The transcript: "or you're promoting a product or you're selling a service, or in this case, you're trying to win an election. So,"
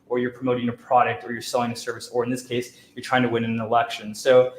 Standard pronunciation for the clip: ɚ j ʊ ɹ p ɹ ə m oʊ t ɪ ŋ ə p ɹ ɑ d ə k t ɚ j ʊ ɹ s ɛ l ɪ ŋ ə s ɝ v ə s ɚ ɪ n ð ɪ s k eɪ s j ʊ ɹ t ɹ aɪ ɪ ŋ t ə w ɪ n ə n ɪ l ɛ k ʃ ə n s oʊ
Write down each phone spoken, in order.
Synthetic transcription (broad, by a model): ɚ j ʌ ɹ p ɹ ə m oʊ t ɪ ŋ ə p ɹ ɑ d ə k t ɚ j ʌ ɹ s ɛ l ɪ ŋ ə s ɝ v ə s ɚ ɪ n ð ɪ s k eɪ s j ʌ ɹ t ɹ aɪ ɪ ŋ t ə w ɪ n ə n ɪ l ɛ k ʃ ə n s oʊ